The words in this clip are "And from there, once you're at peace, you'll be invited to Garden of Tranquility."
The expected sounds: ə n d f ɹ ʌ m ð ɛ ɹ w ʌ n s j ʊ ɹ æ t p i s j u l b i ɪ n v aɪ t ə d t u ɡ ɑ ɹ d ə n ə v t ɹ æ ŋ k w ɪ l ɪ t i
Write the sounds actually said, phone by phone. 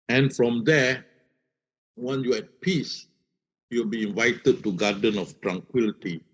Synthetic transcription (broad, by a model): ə n f ɹ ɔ m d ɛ w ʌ n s j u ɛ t p i s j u l b i ɪ n v aɪ t ə d t u ɡ ɑ d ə n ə f t ɹ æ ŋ k w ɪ l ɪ t i